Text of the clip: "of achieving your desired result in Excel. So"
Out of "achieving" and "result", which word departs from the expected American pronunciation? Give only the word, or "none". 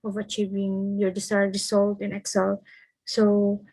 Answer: result